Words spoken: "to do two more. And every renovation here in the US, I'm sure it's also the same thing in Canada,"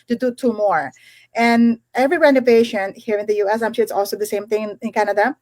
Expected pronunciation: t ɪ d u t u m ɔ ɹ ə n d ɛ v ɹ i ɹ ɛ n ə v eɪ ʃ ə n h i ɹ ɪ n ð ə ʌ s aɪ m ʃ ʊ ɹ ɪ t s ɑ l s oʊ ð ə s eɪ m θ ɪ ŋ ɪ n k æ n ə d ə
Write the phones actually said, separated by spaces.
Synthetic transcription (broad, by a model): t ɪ d u t u m ɔ ɹ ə n ɛ v ɹ i ɹ ɛ n ə v eɪ ʃ ə n h i ɹ ɪ n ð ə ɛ s aɪ m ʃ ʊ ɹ ɪ t s ɑ l s oʊ ð ə s eɪ m θ ɪ ŋ ɪ n k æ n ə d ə